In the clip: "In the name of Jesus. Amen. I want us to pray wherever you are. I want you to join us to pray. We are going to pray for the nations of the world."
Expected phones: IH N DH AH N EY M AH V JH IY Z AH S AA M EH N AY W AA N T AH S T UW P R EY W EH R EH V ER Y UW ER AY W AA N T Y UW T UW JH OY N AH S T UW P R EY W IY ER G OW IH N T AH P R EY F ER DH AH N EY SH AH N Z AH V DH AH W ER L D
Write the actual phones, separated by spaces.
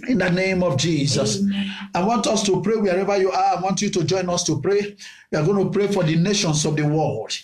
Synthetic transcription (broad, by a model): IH N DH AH N EY M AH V JH IY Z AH S AA IH W AA N T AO S T UW P R EY W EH R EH V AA Y UW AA AY W AA N T Y UW T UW JH OY N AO S T UW P R EY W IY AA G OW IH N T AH P R EY F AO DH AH N EY SH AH N S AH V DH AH W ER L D